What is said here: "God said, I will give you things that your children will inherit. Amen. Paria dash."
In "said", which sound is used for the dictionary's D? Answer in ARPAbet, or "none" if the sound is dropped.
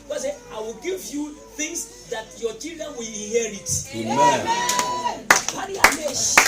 none